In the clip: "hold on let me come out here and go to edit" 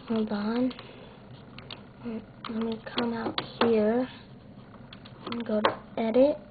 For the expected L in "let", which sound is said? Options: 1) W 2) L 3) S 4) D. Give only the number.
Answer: 1